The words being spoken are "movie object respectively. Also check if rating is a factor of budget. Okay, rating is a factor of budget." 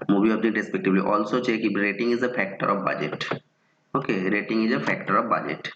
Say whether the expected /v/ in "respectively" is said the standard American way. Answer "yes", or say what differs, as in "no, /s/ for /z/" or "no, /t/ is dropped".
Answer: no, /b/ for /v/